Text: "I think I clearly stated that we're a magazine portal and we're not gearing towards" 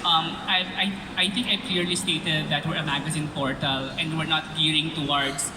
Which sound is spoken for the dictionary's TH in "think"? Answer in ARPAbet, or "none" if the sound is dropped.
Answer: T